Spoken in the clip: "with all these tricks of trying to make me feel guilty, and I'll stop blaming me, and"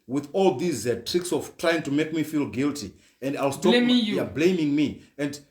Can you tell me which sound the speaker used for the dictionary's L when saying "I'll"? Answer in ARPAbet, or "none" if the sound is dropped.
L